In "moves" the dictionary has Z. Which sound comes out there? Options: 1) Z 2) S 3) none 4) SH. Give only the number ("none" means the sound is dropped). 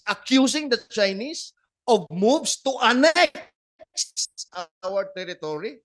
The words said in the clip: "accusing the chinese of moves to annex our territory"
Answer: 2